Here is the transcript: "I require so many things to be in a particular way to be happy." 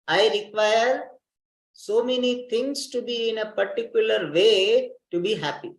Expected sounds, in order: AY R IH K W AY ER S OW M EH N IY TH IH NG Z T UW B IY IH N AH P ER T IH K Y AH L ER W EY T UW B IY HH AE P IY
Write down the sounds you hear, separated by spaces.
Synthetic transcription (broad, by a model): AY R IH K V AY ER S OW M EH N IY T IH NG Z T UW B IY IH N AH P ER T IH K Y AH L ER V EY T UW B IY HH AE P IY